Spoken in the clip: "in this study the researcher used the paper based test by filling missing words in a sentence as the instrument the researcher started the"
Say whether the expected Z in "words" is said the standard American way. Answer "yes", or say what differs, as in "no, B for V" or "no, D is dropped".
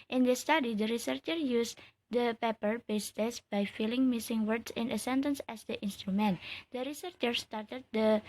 no, S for Z